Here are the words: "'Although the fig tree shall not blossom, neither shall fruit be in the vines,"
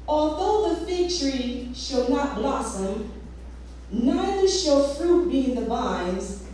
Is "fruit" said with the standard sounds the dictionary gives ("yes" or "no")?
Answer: yes